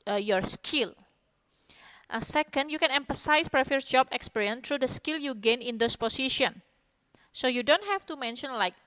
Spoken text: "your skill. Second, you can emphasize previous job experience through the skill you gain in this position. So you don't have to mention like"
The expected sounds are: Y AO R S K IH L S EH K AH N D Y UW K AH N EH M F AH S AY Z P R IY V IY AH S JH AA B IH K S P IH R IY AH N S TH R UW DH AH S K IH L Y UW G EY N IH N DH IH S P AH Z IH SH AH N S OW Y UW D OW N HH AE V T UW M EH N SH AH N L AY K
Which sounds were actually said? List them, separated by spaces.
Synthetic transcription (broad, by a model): Y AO R S K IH L S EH K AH N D Y UW K AH N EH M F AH S AY S P R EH F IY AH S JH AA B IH K S P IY R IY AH N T R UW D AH S K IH L Y UW G EY N IH N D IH S P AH S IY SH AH N S OW Y UW D OW N HH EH F T UW M EH N SH AH N L AY K